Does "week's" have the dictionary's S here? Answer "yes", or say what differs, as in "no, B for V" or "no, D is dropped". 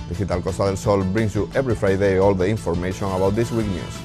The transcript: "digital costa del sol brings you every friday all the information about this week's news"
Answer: no, S is dropped